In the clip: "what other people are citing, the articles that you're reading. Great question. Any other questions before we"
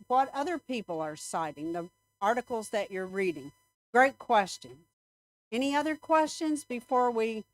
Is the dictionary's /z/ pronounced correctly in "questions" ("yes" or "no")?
yes